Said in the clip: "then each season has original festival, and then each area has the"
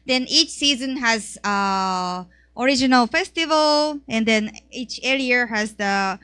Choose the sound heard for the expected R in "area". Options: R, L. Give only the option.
L